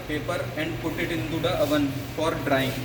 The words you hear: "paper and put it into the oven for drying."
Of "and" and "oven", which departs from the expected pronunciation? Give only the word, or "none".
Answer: none